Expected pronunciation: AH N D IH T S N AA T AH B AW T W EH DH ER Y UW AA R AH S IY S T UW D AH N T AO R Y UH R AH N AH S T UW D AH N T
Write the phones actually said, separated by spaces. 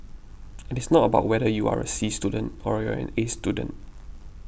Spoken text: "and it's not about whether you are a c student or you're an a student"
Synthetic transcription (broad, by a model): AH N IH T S N AA T AH B AW T W EH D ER Y UW AA R AH S IY S T UW D AH N T AO R Y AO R AH N AH S T UW D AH N T